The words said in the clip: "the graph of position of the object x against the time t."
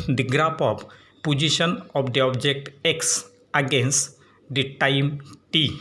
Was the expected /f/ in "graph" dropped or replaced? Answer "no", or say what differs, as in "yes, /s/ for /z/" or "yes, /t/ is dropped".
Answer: yes, /p/ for /f/